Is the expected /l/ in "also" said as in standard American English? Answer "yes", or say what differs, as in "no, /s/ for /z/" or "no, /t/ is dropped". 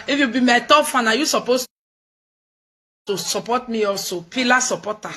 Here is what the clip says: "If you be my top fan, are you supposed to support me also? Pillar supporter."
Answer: yes